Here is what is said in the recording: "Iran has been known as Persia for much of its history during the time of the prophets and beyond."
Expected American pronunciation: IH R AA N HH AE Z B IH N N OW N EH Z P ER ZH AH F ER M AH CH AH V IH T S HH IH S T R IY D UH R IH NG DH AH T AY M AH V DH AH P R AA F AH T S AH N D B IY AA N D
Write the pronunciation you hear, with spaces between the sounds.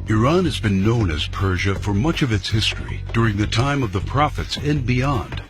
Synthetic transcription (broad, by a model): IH R AA N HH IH Z B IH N N OW N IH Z P ER ZH AH F ER M AH CH AH V IH T S HH IH S T R IY D UH R IH NG DH AH T AY M AH V DH AH P R AA F AH T S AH N B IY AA N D